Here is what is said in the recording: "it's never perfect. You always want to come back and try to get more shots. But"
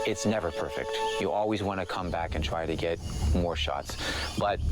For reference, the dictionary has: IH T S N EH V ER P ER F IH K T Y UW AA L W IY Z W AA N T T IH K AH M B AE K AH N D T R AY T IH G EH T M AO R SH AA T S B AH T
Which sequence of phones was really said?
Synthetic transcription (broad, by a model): IH T S N EH V ER P ER F IH K T Y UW AA L W IY Z W AA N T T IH K AH M B AE K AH N T R AY T IH G EH T M AO R SH AA T S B AH T